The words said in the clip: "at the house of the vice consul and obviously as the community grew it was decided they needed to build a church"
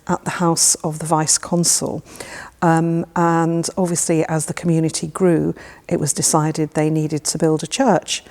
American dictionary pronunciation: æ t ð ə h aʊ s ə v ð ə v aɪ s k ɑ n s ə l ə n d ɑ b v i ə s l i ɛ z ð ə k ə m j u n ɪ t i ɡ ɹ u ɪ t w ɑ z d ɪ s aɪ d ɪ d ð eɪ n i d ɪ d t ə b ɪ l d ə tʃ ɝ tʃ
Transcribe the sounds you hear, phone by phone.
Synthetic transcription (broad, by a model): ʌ t ð ə h aʊ s ə v ð ə v aɪ s k ɑ n s ə l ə n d ɑ b v i ə s l i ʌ z ð ə k ə m j u n ɪ t i ɡ ɹ u ɪ t w ɑ z d ɪ s aɪ d ɪ d ð eɪ n i d ɪ d t ə b ɪ l d ə tʃ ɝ tʃ